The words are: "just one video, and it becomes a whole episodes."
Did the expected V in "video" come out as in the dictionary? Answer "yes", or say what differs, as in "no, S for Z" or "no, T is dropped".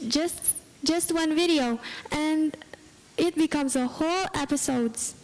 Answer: yes